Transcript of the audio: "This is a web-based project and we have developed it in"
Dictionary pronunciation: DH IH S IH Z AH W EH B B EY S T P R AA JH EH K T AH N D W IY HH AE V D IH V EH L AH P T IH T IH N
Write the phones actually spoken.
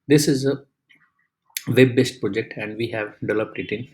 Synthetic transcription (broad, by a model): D IH S IH Z AH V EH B B EY S T P R AA JH EH K T AH N D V IY HH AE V D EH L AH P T IH T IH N